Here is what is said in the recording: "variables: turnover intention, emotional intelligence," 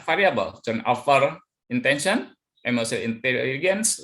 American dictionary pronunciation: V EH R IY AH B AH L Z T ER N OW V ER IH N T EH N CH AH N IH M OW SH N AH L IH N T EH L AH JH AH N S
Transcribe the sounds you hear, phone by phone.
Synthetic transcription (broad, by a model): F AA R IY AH B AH L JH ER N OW F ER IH N T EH N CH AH N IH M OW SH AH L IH N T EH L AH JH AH N S